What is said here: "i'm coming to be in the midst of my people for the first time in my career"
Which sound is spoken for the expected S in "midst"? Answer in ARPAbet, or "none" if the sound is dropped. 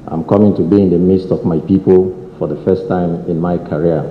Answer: S